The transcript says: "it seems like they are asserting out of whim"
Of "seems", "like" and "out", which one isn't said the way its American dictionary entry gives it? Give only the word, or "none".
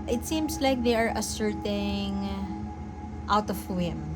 seems